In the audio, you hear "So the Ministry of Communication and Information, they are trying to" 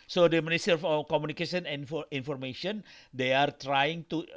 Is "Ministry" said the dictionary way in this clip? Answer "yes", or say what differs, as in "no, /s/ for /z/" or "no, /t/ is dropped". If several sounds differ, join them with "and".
no, /ɹ/ is dropped